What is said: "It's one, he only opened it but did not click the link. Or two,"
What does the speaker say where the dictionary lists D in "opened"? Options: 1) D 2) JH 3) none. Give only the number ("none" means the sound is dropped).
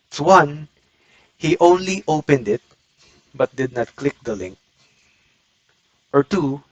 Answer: 1